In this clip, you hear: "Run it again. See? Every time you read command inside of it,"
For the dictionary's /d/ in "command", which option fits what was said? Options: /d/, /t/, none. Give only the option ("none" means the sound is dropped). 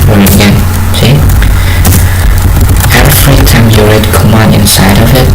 none